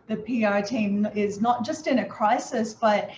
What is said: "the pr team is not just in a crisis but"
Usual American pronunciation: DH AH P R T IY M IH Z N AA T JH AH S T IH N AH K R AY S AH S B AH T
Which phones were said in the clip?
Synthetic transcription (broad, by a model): DH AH P R T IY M IH Z N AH T JH AH S T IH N AH K R AY S AH S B AH T